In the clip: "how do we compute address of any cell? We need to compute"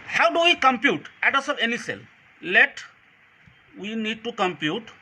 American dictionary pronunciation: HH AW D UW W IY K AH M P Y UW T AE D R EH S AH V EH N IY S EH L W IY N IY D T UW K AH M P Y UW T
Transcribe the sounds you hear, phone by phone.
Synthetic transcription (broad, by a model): HH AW D UW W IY K AH M P Y UW T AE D AH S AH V EH N IY S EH L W IY N IY D T UW K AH M P Y UW T